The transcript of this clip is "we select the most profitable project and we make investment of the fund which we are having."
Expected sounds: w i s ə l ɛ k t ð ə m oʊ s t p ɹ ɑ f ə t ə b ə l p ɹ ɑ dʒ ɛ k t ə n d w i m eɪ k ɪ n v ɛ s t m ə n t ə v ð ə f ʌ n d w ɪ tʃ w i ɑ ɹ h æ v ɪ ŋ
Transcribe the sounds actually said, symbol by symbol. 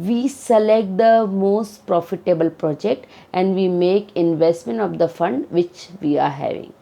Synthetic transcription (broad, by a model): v i s ə l ɛ k t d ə m oʊ s t p ɹ ɑ f ə t ə b ə l p ɹ ɑ dʒ ɛ k t ə n d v i m eɪ k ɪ n v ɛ s t m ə n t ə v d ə f ʌ n d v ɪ tʃ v i ɑ ɹ h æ v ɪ ŋ